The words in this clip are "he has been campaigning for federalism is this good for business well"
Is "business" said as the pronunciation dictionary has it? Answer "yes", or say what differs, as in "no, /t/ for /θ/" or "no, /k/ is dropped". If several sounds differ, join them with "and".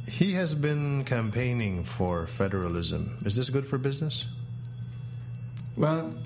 yes